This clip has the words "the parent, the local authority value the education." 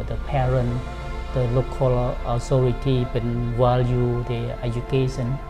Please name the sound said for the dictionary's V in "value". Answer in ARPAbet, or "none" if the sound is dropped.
W